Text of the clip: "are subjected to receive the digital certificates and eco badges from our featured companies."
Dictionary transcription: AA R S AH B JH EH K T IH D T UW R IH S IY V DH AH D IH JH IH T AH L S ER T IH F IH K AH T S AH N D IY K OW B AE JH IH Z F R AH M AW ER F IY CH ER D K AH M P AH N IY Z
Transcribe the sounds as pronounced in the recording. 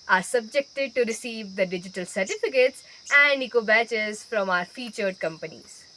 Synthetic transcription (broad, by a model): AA R S AH B JH EH K T IH D T UW R IH S IY V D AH D IH JH IH T AH L S ER T IH F IH K AH T S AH N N IY K OW B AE CH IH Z F R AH M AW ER F IY CH ER D K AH M P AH N IY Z